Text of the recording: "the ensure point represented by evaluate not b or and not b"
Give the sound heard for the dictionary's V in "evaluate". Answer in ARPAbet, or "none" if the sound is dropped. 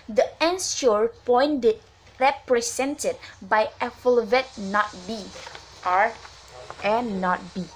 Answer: F